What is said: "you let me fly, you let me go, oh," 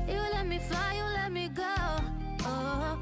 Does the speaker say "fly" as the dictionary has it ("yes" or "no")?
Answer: no